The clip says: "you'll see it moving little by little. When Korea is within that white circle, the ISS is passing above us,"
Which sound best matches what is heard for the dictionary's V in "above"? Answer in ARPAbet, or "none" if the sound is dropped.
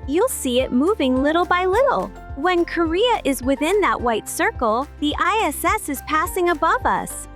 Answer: V